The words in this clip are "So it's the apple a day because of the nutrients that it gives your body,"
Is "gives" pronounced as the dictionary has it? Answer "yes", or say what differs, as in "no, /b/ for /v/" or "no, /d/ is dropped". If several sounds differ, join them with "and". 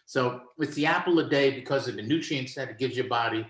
no, /z/ is dropped